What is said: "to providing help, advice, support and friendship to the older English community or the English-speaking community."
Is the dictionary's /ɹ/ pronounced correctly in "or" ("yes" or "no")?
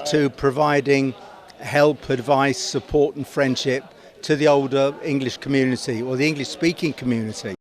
no